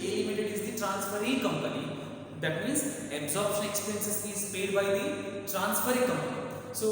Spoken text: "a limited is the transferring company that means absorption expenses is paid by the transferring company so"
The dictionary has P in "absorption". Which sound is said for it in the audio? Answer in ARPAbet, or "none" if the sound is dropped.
P